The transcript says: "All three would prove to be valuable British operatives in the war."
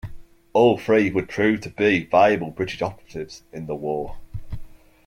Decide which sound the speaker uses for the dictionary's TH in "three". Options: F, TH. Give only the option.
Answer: F